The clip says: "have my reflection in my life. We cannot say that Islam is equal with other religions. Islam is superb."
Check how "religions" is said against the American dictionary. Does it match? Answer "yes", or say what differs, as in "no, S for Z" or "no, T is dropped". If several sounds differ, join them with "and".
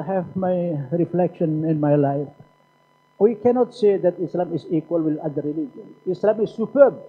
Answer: no, Z is dropped